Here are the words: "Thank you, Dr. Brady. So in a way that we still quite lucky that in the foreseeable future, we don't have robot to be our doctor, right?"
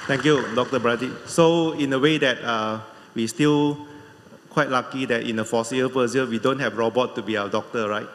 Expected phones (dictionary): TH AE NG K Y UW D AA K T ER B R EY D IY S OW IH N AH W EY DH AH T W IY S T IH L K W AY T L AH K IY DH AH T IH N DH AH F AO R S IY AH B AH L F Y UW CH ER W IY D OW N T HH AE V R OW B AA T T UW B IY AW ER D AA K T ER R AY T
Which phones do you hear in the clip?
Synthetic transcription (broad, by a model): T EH NG K Y UW D AA K T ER B R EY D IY S OW IH N AH W EY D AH T W IY S T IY L K W AY T L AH K IY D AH T IH N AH F AO S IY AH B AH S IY ER W IY D OW N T HH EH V R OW B AA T T UW B IY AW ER D AA K T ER R AY T